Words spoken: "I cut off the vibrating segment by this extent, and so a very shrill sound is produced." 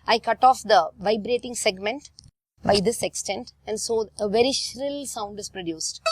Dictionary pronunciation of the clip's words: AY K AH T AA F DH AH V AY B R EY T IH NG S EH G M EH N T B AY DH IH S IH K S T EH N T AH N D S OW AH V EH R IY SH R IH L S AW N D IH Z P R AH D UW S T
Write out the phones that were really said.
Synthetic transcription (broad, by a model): AY K AH T AA F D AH V AY B R EY T IH NG S EH G M EH N T B AY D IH S IH K S T EH N T AH N D S OW AH V EH R IY SH R IH L S AW N D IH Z P R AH D UW S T